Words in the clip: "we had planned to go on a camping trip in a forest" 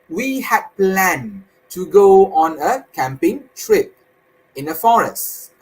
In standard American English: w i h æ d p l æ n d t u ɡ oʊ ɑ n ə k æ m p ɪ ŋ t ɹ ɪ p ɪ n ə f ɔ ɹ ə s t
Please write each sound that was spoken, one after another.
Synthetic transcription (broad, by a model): w i h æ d p l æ n t u ɡ oʊ ɑ n ə k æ m p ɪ ŋ t ɹ ɪ p ɪ n ə f ɔ ɹ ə s t